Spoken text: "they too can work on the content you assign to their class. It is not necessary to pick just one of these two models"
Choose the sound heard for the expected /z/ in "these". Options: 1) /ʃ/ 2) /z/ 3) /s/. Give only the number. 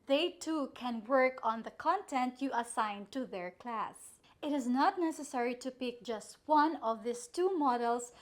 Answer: 3